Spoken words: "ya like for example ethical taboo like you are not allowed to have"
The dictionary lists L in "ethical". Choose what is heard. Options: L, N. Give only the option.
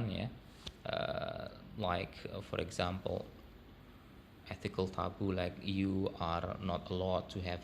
L